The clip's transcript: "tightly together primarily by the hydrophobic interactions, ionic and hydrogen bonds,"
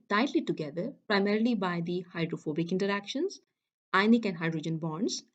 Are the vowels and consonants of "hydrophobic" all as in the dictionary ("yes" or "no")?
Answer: yes